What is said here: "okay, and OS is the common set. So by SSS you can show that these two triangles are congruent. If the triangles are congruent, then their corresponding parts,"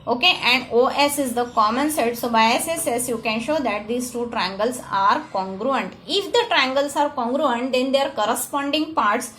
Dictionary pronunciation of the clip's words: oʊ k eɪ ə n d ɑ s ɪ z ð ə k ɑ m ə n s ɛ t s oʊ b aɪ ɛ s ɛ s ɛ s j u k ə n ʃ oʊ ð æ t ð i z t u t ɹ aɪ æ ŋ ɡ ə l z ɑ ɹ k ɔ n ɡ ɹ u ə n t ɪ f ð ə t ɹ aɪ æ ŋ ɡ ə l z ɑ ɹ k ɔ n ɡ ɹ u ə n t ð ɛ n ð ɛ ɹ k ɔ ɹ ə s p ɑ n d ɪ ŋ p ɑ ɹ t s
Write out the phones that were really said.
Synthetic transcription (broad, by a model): oʊ k eɪ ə n d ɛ s ɪ z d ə k ɑ m ə n s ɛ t s oʊ b aɪ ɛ s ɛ s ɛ s j u k ə n ʃ oʊ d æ t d i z t u t ɹ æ ŋ ɡ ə l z ɑ ɹ k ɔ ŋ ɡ ɹ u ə n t ɪ f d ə t ɹ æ ŋ ɡ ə l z ɑ ɹ k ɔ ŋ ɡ ɹ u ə n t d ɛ n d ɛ ɹ k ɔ ɹ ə s p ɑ n d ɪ ŋ p ɑ ɹ t s